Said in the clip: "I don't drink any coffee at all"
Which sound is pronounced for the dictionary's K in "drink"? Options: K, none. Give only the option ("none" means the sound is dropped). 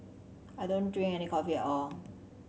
none